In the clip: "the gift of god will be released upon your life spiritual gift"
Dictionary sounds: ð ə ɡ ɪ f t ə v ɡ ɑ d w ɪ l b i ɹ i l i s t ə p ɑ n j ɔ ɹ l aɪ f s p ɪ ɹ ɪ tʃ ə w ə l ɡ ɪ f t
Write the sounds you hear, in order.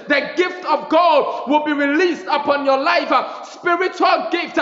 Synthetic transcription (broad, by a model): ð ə ɡ ɪ f t ə v ɡ ɑ d w ɪ l b i ɹ i l i s t ə p ɑ n j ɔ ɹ l aɪ f s p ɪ ɹ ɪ tʃ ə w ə l ɡ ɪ f t